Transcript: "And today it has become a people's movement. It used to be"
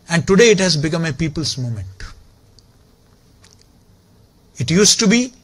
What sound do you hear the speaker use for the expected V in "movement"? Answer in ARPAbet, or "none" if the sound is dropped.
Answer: none